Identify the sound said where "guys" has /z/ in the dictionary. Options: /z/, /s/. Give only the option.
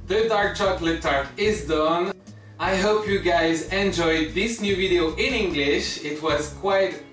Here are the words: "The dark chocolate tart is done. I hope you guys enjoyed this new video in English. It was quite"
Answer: /z/